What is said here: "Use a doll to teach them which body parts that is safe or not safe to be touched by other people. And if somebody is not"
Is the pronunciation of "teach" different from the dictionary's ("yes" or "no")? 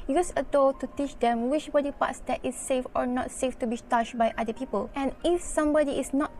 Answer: no